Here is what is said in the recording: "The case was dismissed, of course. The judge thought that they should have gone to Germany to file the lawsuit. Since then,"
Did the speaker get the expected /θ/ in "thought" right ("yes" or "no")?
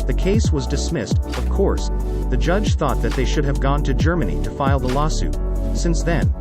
yes